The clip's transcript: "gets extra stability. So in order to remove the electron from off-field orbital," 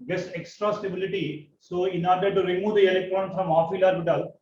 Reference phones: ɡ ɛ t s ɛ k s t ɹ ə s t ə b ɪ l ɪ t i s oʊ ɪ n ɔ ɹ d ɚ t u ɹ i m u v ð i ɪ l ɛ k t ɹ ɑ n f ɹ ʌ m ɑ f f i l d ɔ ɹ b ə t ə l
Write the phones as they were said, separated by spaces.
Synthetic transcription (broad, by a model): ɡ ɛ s ɛ k s t ɹ ə s t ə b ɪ l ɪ t i s oʊ ɪ n ɔ ɹ d ɚ t u ɹ i m u v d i ɪ l ɛ k t ɹ ɑ n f ɹ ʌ m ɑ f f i l ɑ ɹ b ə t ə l